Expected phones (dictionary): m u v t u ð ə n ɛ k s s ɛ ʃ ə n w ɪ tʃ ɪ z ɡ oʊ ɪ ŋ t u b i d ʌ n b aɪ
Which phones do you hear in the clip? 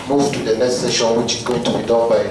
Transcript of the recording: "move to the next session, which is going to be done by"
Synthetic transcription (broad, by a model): m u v t u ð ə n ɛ s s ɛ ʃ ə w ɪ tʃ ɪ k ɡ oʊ t u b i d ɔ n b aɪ